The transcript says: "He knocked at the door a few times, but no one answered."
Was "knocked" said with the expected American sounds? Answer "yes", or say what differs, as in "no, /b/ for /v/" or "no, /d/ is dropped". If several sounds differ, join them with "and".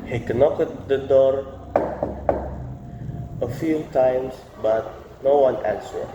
no, /t/ is dropped